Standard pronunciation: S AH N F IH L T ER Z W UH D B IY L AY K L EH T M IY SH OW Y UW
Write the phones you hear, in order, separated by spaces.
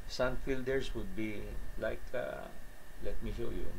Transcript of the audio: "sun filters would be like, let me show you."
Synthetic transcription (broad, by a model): S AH N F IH L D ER S W UH D B IY L AY K L EH T M IY SH OW Y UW